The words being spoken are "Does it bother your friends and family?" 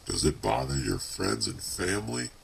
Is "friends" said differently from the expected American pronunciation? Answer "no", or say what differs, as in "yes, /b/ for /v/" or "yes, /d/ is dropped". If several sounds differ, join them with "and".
no